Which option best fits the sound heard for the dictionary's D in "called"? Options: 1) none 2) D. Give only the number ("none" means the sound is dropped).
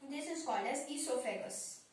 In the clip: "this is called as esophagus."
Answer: 1